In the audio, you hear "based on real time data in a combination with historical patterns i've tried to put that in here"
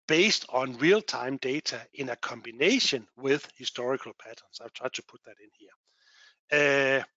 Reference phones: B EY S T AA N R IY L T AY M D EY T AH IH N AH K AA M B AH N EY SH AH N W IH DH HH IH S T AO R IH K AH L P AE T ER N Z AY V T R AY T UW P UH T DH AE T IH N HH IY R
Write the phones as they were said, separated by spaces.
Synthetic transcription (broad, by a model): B EY S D AA N R IY L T AY M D EY S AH IH N AH K AA M B AH N EY SH AH N W IH DH HH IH S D AO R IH K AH L P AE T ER N S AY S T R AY S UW P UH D DH AE T IH N HH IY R